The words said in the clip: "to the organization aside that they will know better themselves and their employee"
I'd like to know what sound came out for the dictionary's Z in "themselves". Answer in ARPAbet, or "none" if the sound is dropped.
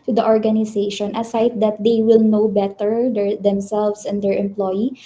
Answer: S